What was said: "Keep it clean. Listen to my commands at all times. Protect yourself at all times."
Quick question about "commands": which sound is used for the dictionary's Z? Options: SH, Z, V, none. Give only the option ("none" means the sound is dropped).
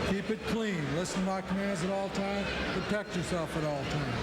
Z